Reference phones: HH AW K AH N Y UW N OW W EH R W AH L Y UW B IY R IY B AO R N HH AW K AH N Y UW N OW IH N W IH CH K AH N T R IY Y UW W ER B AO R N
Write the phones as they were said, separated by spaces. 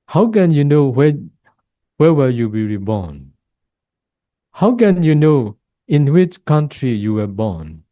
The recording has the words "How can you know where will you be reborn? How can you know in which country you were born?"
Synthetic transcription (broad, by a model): HH AW K AH N Y UW N OW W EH W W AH Y UW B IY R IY B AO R N HH AW K AH N Y UW N OW IH N W IH CH K AH N T R IY Y UW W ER B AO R N